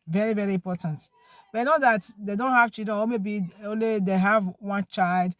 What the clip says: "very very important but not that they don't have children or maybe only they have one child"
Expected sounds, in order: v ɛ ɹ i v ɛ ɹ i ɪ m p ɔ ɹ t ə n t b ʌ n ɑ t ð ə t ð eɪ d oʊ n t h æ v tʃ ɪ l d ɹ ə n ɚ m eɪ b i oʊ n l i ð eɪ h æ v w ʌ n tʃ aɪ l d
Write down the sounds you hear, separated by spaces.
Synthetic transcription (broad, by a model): v ɛ ɹ i v ɛ ɹ i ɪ m p ɔ t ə n t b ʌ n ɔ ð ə t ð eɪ d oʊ n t h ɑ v tʃ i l d ɹ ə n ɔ m eɪ b i oʊ n l i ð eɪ h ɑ v w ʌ n tʃ aɪ l d